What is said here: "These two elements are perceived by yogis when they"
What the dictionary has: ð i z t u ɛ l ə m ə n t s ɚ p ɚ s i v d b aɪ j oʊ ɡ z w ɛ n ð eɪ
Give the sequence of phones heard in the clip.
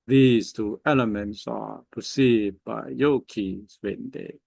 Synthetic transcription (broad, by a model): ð i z t u ɛ l ə m ə n t s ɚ p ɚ s i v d b aɪ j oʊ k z w ɛ n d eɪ